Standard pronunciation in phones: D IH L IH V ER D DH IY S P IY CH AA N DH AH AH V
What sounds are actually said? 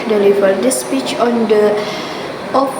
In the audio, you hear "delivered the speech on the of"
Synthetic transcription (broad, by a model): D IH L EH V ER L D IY S P IY CH AA N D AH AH